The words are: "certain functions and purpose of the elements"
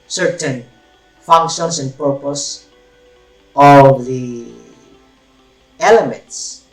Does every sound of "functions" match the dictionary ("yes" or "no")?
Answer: no